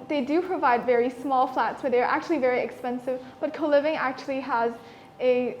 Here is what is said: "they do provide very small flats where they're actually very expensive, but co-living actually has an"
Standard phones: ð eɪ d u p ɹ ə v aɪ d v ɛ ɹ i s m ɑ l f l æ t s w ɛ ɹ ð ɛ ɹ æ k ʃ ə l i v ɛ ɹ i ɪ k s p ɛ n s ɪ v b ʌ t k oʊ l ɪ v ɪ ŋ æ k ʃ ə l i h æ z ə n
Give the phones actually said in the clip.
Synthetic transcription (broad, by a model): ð eɪ d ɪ p ɹ ə v aɪ d v ɛ ɹ i s m ɑ l f l æ t s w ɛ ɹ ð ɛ ɹ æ k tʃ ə l i v ɛ ɹ i ɪ k s p ɛ n s ɪ v b ʌ t k oʊ l ɪ v ɪ ŋ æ k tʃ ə l i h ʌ z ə